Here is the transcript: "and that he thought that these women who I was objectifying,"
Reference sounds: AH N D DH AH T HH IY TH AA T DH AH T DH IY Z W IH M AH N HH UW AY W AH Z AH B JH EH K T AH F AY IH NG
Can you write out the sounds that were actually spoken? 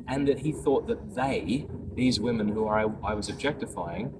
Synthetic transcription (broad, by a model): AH N DH AH T HH IY TH AA T DH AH T DH IY Z W IH M AH N HH UW AY W AH Z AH B JH EH K T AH F AY IH NG